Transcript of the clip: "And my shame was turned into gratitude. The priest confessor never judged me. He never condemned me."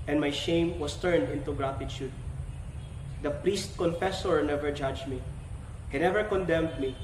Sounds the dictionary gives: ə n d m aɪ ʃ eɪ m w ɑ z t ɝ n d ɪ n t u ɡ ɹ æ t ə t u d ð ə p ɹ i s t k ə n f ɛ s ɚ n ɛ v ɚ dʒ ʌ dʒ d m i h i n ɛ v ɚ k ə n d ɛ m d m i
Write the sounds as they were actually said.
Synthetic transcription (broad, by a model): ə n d m aɪ ʃ eɪ m w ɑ s t ɝ n d ɪ n t u ɡ ɹ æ t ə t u d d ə p ɹ i s t k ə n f ɛ s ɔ n ɛ v ɚ dʒ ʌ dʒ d m i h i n ɛ v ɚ k ə n d ɛ m d m i